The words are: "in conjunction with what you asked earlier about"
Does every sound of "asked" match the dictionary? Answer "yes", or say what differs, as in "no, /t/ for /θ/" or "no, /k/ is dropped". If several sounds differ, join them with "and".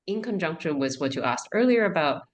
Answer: yes